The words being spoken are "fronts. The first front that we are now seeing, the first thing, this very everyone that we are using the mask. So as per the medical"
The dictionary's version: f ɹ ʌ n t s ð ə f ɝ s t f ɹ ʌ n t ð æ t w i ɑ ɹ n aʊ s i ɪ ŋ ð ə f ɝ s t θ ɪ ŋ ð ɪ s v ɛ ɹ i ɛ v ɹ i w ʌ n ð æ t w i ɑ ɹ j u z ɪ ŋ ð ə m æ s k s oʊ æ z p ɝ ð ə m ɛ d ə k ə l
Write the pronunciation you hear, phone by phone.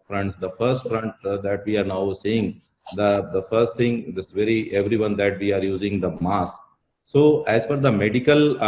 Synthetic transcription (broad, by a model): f ɹ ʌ n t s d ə f ɝ s t f ɹ ʌ n t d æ t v i ɑ ɹ n aʊ s i ɪ ŋ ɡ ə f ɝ s t t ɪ ŋ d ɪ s v ɛ ɹ i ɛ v ɹ i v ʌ n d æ t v i ɑ ɹ j u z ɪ ŋ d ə m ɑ s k s oʊ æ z f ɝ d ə m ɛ d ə k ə l